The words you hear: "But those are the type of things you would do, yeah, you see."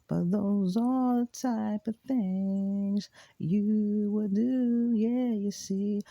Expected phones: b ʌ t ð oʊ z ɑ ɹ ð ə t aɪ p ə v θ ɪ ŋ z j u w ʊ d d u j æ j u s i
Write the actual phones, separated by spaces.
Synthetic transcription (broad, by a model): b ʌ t ð oʊ z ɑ l ð ə t aɪ p ə v θ ɪ ŋ z j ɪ w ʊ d d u j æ j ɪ s i